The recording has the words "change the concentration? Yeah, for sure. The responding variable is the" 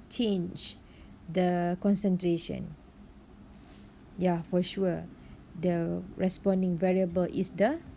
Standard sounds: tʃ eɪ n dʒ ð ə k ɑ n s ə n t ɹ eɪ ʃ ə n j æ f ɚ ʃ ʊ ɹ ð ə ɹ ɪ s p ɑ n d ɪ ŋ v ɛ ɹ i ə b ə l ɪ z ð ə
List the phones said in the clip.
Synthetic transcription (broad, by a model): tʃ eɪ n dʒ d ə k ɑ n s ə n t ɹ eɪ ʃ ə n j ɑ f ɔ ʃ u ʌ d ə ɹ ɪ s p ɑ n d ɪ ŋ v ɛ ɹ i ə b ə l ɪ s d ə